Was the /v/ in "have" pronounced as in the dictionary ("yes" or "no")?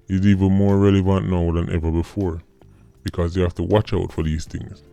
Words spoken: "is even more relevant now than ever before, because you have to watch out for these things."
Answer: no